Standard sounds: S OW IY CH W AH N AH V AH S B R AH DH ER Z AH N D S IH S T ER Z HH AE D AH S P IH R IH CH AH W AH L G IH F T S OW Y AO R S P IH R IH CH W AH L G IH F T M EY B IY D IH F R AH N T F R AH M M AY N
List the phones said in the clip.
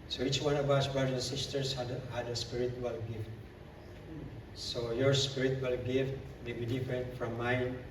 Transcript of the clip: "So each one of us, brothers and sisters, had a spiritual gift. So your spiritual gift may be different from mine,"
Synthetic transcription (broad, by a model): S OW IY CH W AH N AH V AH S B R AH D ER AH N S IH S T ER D HH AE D AH S P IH R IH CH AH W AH L G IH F T S OW Y AO R S P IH R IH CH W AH L G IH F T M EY B IY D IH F R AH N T F R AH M M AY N